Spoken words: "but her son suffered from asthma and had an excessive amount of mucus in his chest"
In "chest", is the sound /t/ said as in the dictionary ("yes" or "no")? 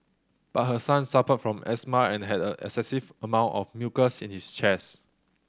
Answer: no